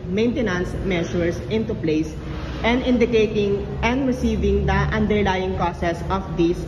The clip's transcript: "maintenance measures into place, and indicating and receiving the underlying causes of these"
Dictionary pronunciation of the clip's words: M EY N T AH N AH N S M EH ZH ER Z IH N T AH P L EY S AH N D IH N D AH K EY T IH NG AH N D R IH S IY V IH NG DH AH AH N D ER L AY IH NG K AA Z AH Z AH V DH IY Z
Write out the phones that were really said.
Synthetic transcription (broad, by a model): M EY N T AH N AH N S M EH SH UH S IH N T AH P L EY S AH N D IH N D AH K EY T IH NG AH N D R IH S IY V IH NG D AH AH N D ER L AY IH NG K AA S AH S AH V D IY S